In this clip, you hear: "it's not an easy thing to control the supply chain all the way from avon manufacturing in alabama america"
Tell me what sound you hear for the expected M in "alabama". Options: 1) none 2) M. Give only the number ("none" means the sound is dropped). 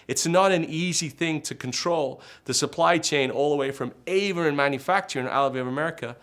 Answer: 1